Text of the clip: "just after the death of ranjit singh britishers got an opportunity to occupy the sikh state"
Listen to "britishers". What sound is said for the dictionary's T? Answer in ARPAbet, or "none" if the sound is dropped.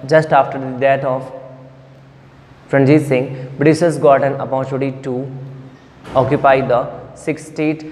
S